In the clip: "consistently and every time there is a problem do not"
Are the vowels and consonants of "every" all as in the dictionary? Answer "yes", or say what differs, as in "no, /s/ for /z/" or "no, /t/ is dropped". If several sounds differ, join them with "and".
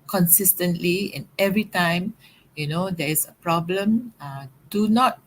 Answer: yes